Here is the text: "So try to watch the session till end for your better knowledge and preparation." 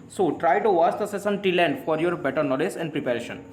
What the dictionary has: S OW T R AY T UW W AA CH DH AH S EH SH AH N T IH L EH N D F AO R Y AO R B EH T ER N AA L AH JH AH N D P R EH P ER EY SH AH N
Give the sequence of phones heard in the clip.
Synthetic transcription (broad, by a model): S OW T R AY T UW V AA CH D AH S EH S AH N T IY L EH N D F AO R Y AO R B EH T ER N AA L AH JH AH N D P R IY P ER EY SH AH N